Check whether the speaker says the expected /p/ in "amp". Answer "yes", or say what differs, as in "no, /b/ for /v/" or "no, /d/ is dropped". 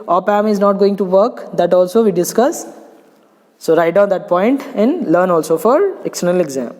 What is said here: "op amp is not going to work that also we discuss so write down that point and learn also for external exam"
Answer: no, /p/ is dropped